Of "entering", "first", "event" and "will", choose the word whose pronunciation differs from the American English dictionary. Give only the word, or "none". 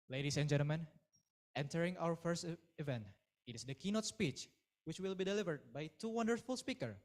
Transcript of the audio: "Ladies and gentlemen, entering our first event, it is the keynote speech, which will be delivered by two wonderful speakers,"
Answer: none